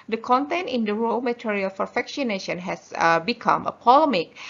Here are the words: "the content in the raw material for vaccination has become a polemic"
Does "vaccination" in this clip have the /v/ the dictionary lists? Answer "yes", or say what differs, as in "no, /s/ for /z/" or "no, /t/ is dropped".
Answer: no, /f/ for /v/